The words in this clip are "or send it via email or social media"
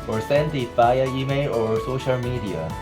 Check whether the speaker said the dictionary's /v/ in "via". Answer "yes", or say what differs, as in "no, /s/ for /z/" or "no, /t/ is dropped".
no, /f/ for /v/